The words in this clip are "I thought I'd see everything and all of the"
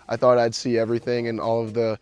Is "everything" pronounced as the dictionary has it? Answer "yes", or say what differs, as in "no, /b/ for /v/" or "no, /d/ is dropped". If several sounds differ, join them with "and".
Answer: yes